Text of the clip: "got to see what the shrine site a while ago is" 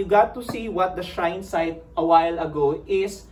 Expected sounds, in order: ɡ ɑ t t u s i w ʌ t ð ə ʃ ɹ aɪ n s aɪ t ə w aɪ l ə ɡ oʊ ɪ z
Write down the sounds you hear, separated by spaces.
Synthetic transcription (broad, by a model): ɡ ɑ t t u s i w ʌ t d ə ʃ aɪ n s aɪ t ə w aɪ l ə ɡ oʊ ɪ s